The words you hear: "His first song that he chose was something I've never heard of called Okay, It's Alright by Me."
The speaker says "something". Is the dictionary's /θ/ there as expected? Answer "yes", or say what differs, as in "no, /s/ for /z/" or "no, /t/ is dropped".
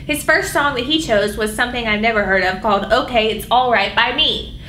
yes